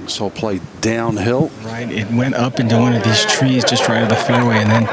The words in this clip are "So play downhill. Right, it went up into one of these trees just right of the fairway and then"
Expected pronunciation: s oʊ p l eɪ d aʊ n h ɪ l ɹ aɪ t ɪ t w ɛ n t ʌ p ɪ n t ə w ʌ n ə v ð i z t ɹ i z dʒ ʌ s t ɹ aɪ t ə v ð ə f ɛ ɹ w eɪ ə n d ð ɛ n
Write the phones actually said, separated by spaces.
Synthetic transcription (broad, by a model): s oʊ p l eɪ d aʊ n h ɪ l ɹ aɪ t ɪ t w ɛ n t ʌ p ɪ n t ə w ʌ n ə v ð i z t ɹ i z dʒ ʌ s t ɹ aɪ t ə ð ə f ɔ ɹ w eɪ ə n ð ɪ n